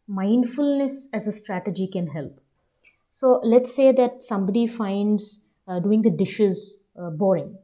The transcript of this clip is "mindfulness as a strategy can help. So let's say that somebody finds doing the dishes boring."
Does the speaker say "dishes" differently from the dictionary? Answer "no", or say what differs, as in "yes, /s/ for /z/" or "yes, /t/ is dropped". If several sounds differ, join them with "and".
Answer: no